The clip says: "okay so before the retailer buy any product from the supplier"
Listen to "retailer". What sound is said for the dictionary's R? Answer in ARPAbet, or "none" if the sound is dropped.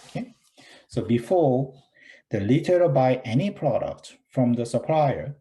L